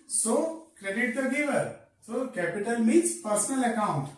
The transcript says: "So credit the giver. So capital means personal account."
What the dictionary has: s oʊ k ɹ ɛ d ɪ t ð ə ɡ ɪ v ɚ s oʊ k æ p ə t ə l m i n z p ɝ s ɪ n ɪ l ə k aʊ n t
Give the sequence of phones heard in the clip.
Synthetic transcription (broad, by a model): s oʊ k ɹ ɛ d ɪ t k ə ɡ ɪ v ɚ s oʊ k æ p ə t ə l m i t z p ɝ s ɪ n ɪ l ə k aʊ n t